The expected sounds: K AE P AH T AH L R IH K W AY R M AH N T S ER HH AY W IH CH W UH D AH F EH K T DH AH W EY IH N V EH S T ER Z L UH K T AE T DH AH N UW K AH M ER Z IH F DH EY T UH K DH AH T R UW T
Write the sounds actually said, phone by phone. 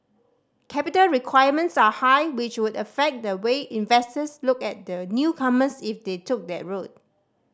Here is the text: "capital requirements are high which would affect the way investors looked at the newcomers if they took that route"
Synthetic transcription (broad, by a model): K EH P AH T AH L R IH K W AY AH M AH N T S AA HH AY W IH CH W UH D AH F EH K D AH W EY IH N V EH S T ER S L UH K EH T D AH N UW K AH M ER S IH F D EY T UH K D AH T R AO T